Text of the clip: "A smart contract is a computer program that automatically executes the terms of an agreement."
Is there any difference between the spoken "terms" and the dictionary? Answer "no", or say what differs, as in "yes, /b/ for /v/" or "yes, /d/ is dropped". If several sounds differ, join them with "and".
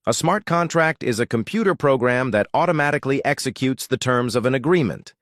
no